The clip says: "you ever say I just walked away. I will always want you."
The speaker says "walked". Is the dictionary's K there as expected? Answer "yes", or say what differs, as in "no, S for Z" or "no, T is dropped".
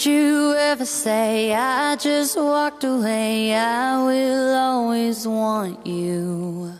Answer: yes